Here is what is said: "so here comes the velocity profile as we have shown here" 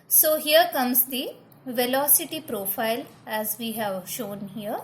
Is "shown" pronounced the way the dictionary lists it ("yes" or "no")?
yes